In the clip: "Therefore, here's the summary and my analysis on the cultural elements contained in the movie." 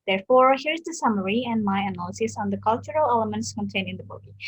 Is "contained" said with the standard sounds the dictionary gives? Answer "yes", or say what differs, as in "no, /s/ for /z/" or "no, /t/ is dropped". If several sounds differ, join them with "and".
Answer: no, /d/ is dropped